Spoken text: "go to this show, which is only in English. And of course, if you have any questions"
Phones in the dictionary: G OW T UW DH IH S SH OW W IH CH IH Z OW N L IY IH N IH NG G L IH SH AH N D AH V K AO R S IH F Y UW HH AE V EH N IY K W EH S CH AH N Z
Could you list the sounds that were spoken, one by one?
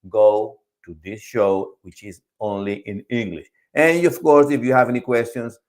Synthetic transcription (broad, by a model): G OW T UW DH IH S SH OW W IH CH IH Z OW N L IY IH N IH NG G L IH SH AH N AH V K AO R S IH F Y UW HH AE V EH N IY K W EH S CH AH N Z